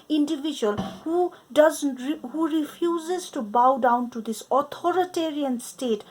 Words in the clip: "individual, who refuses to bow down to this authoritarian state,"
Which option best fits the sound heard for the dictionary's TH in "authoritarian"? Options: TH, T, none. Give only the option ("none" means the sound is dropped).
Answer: T